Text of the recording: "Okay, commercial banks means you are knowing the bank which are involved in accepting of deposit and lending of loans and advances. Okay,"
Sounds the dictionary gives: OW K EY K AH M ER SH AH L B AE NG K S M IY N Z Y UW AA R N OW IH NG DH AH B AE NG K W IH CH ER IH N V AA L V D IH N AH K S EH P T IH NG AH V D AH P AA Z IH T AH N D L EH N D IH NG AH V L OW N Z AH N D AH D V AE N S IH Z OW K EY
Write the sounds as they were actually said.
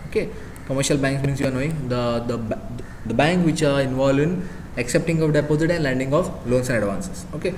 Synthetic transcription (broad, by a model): OW K EY K AH M ER SH AH L B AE NG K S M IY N S Y UW AA R N OW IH NG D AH B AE NG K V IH CH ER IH N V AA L D IH N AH K S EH P T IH NG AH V D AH P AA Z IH T AH N D L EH N D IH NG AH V L OW N S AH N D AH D V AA N S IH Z OW K EY